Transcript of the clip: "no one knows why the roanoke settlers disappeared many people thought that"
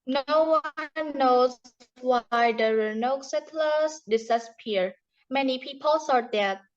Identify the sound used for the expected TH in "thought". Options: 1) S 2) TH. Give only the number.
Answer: 1